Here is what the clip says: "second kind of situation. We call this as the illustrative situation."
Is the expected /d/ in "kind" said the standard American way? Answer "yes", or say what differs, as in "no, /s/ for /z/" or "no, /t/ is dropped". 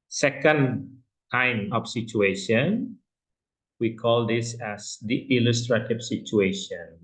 no, /d/ is dropped